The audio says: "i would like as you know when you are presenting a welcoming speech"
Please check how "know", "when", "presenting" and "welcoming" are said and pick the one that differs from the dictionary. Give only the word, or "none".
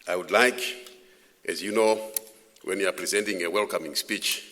none